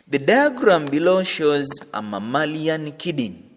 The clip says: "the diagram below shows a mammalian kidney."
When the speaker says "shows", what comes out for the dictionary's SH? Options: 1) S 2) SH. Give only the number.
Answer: 2